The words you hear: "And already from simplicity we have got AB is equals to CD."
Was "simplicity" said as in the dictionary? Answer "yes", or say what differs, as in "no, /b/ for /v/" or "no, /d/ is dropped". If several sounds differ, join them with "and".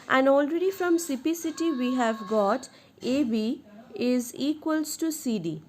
no, /m/ is dropped and /l/ is dropped